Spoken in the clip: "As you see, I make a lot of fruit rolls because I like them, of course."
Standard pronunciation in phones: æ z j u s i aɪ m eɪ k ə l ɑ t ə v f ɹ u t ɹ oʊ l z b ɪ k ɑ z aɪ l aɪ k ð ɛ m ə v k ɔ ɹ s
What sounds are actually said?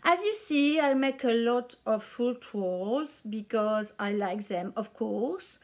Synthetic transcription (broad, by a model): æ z j u s i aɪ m eɪ k ə l ɑ t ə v f u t w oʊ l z b ɪ k ɑ z aɪ l aɪ k ð ɛ m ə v k ɔ ɹ s